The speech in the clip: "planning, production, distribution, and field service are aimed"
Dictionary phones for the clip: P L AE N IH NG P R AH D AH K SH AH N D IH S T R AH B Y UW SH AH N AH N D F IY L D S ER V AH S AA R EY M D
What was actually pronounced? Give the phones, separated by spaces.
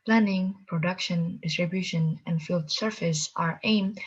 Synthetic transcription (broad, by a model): P L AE N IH NG P R AH D AH K SH AH N D IH S T R AH B Y UW SH AH N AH N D F IY L D S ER F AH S AA R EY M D